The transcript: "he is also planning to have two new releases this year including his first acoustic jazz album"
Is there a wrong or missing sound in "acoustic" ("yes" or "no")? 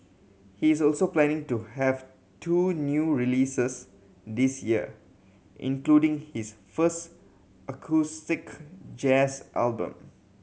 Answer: no